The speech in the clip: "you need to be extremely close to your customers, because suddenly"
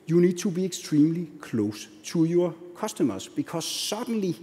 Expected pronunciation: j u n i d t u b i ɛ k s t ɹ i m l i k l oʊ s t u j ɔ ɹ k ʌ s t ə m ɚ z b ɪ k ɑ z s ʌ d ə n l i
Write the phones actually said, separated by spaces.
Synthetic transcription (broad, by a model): j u n i d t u b i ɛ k s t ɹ i m l i k l oʊ s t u j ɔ k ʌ s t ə m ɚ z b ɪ k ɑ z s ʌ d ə n l i